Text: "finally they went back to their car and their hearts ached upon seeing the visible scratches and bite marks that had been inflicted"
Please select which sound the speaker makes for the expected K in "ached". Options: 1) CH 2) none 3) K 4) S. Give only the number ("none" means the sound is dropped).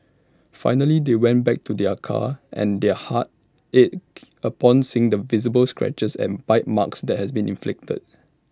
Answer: 2